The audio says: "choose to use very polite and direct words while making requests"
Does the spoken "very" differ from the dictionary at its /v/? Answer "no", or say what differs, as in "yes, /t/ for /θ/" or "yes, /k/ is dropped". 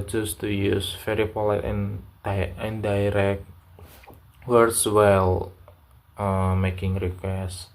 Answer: yes, /f/ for /v/